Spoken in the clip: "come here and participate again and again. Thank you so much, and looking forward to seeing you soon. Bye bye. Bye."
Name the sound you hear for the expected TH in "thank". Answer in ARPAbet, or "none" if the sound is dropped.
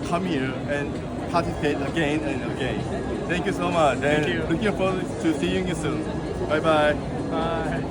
T